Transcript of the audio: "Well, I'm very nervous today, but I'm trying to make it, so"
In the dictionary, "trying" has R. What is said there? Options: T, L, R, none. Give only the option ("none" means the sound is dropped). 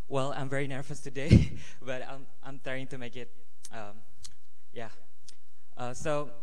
none